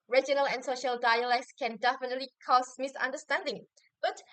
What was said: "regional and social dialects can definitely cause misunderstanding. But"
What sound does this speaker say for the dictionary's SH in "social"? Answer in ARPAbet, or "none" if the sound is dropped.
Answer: SH